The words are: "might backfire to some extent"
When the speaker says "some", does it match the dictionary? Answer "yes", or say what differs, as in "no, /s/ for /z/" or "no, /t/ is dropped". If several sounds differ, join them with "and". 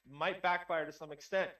yes